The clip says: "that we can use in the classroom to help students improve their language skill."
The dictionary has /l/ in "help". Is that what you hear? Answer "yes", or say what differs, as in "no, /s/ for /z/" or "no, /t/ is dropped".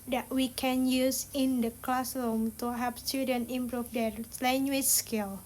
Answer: no, /l/ is dropped